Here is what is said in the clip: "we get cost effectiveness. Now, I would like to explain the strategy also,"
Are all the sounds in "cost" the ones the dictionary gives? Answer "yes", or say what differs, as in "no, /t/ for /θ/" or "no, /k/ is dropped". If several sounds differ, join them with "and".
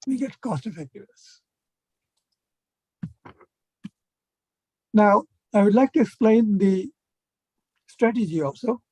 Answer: yes